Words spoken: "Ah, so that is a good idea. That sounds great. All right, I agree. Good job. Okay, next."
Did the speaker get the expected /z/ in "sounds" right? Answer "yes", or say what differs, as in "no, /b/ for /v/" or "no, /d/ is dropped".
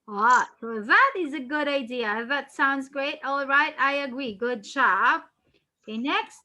yes